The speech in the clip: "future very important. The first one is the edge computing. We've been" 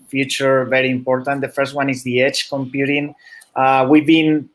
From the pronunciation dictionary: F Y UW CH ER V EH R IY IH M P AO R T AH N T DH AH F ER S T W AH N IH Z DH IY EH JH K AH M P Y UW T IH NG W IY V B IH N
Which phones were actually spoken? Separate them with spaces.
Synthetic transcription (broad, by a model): F Y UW CH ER V EH R IY M P AO R T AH N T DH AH F ER S T W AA N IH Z DH IY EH CH K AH M P Y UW T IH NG W IY V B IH N